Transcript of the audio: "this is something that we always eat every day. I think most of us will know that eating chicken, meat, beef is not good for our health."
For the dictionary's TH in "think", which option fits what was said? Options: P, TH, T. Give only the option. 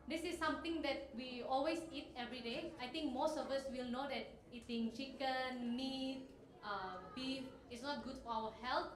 T